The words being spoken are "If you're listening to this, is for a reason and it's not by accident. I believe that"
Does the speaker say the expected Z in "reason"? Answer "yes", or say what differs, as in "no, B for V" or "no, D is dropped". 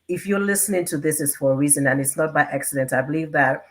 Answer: yes